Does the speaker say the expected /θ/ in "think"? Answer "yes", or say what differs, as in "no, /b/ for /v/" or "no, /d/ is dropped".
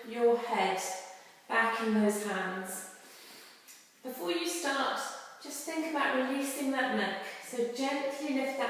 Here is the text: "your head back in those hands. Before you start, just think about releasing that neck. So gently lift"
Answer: yes